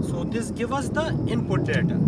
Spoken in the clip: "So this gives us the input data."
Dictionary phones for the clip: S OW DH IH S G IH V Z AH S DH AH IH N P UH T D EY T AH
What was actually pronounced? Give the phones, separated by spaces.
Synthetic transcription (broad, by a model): S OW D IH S G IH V AH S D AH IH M P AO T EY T